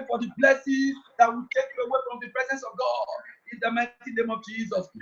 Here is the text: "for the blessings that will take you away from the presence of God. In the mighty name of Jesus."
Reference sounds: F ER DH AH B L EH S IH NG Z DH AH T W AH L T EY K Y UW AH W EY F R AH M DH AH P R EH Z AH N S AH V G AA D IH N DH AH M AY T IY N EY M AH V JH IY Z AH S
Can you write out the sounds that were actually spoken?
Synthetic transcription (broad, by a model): F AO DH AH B L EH S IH Z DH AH T W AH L T EY K Y UW AH W EY F R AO M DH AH P R EH Z AH N S AH V G AA D IH N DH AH M AY T IY N EY M AH V JH IY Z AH S